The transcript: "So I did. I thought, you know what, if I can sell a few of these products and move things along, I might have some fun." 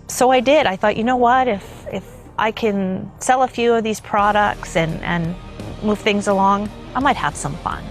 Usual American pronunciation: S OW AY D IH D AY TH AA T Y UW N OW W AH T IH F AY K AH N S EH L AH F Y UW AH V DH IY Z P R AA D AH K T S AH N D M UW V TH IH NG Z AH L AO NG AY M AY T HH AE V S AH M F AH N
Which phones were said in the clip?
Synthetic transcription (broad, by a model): S OW AY D IH D AY TH AA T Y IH N OW W AH T IH F AY K AH N S EH L AH F Y UW AH V DH IY Z P R AA D AH K T S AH N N M UW V TH IH NG Z AH L AO NG AY M AY T HH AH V S AH M F AH N